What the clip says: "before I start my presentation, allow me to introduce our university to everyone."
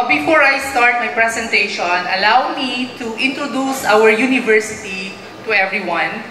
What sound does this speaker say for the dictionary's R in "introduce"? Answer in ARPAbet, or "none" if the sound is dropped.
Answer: R